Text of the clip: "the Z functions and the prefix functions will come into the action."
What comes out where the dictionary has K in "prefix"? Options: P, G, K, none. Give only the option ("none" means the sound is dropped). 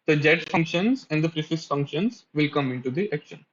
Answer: none